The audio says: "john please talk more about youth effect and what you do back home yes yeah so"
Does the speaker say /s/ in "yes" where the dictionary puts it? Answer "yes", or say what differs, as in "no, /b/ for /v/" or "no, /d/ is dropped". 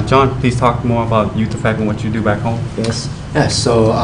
yes